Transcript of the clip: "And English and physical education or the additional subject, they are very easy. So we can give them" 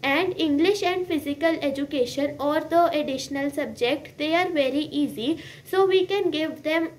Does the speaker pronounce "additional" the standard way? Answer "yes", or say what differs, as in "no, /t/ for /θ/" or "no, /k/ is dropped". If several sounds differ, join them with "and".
yes